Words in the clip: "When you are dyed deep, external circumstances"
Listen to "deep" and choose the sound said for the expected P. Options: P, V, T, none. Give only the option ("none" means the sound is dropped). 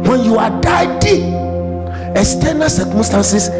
none